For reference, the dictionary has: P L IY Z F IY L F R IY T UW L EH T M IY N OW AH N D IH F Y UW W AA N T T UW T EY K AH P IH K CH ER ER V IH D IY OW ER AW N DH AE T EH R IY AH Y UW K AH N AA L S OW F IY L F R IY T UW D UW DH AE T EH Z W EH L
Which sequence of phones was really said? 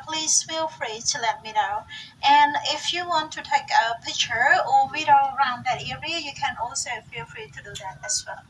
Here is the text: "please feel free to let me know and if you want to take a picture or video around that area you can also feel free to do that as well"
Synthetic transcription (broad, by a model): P L IY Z F IY L F R IY T UW L EH T M IY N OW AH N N IH F Y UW W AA N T T UW T EY K AH P IH K CH ER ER W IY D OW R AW N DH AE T EH R IY AH Y UW K AH N AA L S OW F IY L F R IY T UW D UW DH AE T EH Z W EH L